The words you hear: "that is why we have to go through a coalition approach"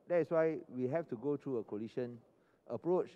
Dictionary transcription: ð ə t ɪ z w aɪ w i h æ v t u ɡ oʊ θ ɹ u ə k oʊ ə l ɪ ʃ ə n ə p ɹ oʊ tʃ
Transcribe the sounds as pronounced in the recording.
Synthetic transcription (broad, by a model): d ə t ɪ s w aɪ w i h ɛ f t u ɡ oʊ t ɹ u ə k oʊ l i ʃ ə n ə p ɹ oʊ tʃ